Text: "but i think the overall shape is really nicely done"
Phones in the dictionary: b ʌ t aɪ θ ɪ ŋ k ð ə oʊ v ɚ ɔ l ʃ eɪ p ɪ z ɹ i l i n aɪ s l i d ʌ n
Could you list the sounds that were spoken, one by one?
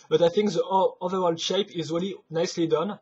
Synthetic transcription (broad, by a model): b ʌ t aɪ θ ɪ ŋ k ð ə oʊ v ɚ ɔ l ʃ eɪ p ɪ z ɹ i l i n aɪ s l i d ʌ n